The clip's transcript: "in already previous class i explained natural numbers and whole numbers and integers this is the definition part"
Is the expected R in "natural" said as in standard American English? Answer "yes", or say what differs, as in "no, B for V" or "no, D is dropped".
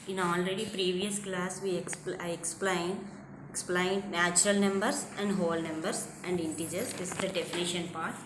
yes